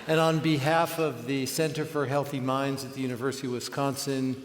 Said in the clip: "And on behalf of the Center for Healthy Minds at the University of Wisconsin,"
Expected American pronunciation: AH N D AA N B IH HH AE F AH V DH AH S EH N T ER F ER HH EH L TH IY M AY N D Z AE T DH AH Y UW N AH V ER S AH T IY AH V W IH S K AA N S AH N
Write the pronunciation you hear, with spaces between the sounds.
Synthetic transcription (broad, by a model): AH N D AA N B IH HH AE F AH V DH AH S EH N T ER F ER HH EH L TH IY M AY N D Z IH T DH AH Y UW N AH V ER S AH T IY W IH S K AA N S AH N